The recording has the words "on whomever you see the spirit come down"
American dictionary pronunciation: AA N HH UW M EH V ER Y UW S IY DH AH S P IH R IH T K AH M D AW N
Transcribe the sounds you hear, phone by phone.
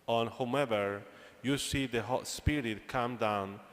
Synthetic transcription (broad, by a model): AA N HH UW EH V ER Y UW S IY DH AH S P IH R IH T K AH M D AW N